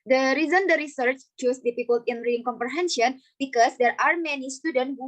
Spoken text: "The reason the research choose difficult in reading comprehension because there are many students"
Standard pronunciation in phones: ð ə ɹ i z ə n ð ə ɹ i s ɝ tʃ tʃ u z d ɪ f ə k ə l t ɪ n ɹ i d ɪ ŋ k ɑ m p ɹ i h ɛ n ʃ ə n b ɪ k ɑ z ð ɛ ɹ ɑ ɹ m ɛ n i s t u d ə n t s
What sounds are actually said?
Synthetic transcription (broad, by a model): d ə ɹ i z ə n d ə ɹ i s ɝ tʃ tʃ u s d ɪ p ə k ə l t ɪ n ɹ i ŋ k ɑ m p ɹ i h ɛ n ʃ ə n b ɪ k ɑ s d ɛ ɹ ɑ ɹ m ɛ n i s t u d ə n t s